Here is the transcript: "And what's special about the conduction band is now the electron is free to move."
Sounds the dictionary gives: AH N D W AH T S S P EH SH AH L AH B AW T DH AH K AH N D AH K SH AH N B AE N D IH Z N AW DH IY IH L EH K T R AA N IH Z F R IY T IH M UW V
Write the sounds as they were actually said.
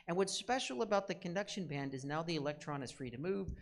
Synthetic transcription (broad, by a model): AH N W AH T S S P EH SH L AH B AW T DH AH K AH N D AH K SH AH N B AE N D IH Z N AW DH IY IH L EH K T R AA N IH Z F R IY T IH M UW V